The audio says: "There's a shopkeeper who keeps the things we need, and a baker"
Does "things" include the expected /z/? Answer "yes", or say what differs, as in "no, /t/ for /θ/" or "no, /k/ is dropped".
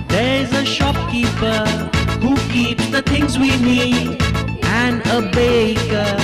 yes